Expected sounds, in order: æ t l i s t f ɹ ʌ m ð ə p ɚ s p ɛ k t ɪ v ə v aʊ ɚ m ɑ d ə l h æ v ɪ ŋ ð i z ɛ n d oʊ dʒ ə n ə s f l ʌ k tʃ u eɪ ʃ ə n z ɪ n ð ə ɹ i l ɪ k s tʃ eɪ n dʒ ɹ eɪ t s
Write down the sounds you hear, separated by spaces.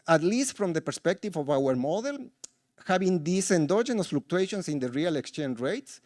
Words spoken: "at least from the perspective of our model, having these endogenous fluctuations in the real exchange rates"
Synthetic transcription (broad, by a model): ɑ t l i s t f ɹ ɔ m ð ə p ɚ s p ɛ k t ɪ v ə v aʊ ɚ m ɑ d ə l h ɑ b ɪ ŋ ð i s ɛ n d oʊ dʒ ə n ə s f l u k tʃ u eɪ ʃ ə n s ɪ n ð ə ɹ i l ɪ k s tʃ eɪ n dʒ ɹ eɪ t s